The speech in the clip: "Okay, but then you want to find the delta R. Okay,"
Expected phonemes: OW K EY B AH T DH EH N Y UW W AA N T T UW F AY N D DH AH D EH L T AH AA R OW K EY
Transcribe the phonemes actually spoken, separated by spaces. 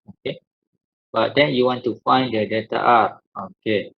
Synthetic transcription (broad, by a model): OW K EY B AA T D EH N Y UW W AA N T T UW F AY N D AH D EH T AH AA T OW K EY